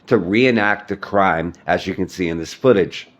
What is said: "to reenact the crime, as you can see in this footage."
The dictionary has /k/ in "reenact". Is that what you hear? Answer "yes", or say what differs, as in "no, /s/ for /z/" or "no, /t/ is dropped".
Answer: yes